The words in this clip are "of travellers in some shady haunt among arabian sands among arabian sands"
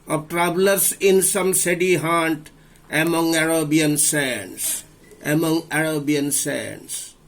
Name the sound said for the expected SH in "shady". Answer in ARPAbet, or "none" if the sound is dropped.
S